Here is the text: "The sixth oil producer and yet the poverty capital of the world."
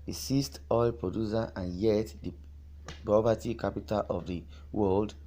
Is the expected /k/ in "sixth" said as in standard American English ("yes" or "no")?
no